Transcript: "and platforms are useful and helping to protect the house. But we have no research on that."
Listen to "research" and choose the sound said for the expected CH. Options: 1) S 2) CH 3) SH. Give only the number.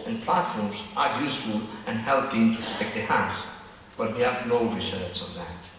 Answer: 1